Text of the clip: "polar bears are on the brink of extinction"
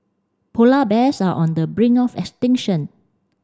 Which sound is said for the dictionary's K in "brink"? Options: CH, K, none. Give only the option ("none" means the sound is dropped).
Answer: none